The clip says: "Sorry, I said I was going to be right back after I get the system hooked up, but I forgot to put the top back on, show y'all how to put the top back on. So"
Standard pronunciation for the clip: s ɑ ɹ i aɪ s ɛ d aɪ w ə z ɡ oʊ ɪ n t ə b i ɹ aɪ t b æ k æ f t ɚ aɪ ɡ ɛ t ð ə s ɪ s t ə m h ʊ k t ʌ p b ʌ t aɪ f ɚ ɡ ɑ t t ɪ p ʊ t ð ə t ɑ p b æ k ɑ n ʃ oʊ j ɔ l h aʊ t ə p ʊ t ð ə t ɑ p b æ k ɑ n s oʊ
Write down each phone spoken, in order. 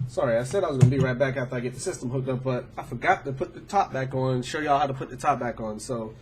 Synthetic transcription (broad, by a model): s ɑ ɹ i aɪ s ɛ d aɪ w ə z ɡ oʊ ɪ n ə b i ɹ aɪ t b æ k æ f t ɚ aɪ ɡ ɛ t ð ə s ɪ s t ə m h ʊ k t ʌ p b ʌ t aɪ f ɚ ɡ ɑ t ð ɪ p ʊ t ð ə t ɑ p b æ k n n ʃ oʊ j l h aʊ t ə p ʊ t ð ə t ɑ p b æ k n s oʊ